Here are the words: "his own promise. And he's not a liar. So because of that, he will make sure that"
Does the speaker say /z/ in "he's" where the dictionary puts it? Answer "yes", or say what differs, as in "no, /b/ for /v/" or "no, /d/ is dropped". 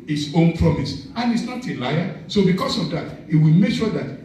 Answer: no, /s/ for /z/